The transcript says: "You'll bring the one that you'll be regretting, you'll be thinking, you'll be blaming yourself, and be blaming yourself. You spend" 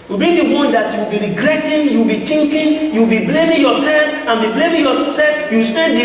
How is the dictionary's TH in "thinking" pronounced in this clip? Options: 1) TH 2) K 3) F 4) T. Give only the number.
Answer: 4